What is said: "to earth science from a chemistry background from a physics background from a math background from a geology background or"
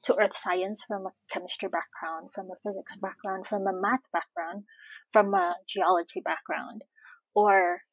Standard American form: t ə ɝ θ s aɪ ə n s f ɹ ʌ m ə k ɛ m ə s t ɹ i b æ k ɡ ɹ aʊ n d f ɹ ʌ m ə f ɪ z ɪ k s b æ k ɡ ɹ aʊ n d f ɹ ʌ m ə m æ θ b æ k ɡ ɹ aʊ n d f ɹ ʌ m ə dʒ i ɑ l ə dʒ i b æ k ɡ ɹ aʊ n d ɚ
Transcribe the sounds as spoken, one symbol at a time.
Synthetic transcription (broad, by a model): t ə ɝ θ s aɪ ə n s f ɹ ʌ m ə k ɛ m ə s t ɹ b æ k ɡ ɹ aʊ n d f ɹ ʌ m ə f ɪ z ɪ k s b æ k ɡ ɹ aʊ n d f ɹ ʌ m ə m æ θ b æ k ɡ ɹ aʊ n d f ɹ ʌ m ə dʒ i ɑ l ə dʒ i b æ k ɡ ɹ aʊ n d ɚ